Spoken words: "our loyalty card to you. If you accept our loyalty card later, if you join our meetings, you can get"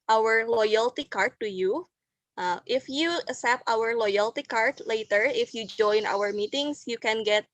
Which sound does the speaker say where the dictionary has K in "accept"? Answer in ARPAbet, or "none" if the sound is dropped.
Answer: none